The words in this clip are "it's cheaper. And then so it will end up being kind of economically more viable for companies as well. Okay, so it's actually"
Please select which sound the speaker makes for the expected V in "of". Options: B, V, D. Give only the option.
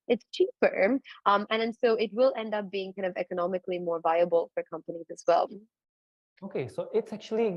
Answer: V